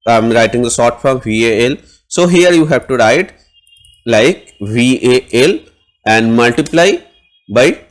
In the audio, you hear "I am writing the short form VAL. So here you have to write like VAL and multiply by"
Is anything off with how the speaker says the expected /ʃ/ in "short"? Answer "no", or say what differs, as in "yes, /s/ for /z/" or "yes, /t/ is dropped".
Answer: yes, /s/ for /ʃ/